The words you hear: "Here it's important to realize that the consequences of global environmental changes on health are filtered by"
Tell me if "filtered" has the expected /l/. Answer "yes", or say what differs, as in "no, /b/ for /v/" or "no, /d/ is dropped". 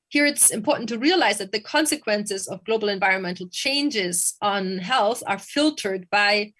yes